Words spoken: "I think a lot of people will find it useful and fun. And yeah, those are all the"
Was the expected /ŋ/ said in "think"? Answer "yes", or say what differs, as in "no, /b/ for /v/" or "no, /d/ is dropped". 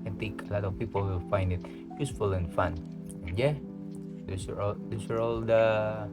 no, /ŋ/ is dropped